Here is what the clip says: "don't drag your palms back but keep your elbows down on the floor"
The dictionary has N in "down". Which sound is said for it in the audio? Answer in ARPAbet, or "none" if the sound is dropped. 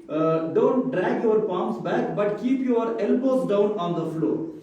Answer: N